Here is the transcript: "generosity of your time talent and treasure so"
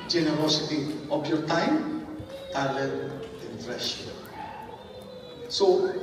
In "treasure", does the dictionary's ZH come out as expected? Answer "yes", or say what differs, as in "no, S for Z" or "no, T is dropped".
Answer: no, SH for ZH